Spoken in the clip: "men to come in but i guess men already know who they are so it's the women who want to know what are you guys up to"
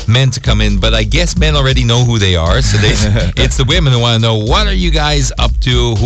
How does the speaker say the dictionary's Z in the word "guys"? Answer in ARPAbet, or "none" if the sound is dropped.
Z